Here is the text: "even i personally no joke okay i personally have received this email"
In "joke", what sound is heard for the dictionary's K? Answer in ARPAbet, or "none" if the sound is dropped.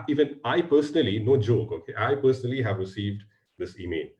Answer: K